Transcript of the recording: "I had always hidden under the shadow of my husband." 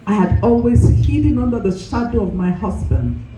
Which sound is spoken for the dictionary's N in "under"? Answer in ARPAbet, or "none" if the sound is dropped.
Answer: N